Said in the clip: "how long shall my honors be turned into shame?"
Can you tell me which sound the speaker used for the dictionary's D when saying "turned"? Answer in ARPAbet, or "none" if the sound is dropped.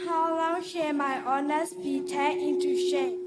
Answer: none